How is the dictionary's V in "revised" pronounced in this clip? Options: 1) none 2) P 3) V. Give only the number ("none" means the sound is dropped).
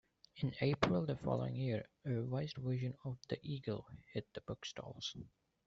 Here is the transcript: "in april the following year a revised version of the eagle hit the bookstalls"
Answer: 1